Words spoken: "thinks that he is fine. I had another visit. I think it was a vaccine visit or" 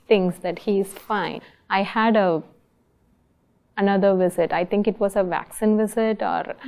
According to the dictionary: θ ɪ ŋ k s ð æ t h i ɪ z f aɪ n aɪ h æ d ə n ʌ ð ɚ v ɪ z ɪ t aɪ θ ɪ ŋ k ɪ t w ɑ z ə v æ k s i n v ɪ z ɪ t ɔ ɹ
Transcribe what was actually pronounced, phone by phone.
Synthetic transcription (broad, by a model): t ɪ ŋ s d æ t h i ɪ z f aɪ n aɪ h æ d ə n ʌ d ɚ v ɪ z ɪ t aɪ t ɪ ŋ k ɪ t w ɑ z ə v æ k s i n v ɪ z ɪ t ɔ ɹ